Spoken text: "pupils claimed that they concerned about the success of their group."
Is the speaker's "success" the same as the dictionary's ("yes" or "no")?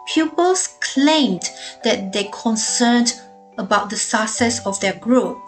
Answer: no